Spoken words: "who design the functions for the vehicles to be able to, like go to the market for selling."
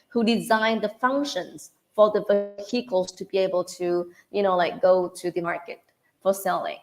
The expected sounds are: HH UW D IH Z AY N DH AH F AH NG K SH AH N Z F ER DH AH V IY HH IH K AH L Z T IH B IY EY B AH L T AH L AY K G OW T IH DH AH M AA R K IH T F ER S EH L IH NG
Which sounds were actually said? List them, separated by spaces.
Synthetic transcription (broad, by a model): HH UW D IH Z AY N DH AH F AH NG K SH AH N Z F ER DH AH V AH HH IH K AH L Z T IH B IY EY B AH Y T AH L AY K G OW T IH DH AH M AA R K IH T F ER S EH L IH NG